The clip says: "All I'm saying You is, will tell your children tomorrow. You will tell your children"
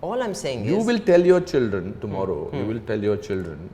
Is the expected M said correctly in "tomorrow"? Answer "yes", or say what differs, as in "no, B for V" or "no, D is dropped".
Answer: yes